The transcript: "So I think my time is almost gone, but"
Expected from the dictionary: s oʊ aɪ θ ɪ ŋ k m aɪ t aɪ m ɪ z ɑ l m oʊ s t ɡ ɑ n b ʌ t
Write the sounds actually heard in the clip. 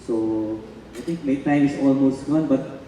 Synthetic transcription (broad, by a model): s oʊ aɪ t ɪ ŋ k m aɪ t aɪ m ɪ s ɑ l m oʊ s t ɡ ɑ n b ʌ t